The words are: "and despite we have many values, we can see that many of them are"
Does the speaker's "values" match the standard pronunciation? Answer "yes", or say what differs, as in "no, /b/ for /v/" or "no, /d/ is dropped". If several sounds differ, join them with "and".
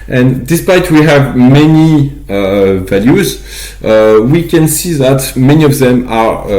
yes